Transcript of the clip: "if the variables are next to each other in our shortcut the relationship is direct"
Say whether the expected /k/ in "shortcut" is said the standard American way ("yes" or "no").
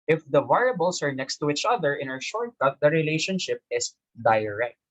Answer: no